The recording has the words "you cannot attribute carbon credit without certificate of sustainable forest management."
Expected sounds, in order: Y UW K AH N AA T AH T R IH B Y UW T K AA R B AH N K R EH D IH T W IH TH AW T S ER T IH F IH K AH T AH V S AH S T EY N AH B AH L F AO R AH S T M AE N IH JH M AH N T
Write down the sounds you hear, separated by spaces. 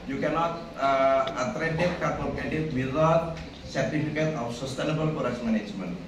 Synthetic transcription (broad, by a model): Y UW K AH N AA T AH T R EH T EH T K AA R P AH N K EH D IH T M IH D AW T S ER T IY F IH K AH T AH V S AH S T EY N AH B AH L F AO R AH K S M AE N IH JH M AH N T